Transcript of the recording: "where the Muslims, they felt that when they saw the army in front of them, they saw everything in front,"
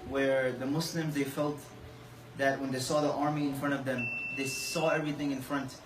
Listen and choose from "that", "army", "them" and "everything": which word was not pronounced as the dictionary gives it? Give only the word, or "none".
none